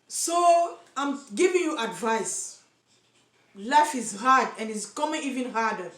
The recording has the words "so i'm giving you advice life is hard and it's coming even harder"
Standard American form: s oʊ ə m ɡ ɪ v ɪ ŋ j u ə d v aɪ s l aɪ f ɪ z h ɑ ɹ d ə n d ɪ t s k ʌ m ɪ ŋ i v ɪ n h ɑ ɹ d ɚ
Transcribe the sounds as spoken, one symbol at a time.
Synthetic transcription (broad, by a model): s oʊ ə m ɡ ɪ v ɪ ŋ j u ə d v aɪ s l aɪ f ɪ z h ɑ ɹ d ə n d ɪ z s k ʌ m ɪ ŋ i v ɪ n h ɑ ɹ d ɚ